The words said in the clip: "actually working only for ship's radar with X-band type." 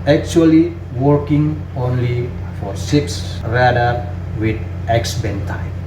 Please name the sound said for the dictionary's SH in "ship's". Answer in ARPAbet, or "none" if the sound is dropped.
S